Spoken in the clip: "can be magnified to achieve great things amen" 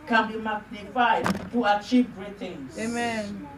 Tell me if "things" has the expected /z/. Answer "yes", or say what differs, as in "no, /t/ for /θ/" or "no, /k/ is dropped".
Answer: no, /z/ is dropped